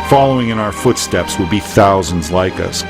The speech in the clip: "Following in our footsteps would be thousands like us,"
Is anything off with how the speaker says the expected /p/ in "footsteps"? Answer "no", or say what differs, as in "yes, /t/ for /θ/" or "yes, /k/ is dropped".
no